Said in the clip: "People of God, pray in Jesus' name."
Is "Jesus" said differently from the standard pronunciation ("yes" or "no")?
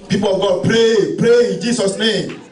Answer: yes